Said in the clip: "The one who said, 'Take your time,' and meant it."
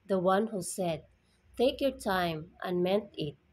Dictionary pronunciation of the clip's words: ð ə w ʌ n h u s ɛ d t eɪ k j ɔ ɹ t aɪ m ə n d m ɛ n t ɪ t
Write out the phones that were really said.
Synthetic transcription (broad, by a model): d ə w ʌ n h u s ɛ d t eɪ k j ɔ ɹ t aɪ m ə n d m ɛ n t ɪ t